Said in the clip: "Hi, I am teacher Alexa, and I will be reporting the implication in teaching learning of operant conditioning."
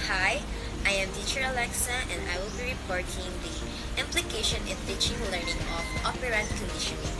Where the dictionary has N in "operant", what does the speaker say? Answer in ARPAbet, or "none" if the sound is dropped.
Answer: none